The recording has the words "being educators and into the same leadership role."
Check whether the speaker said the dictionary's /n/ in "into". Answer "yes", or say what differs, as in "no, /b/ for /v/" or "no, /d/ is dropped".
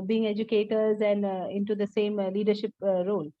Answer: yes